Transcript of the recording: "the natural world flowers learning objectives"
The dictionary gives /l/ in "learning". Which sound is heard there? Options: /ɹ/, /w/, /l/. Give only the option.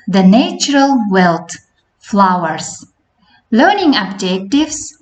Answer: /l/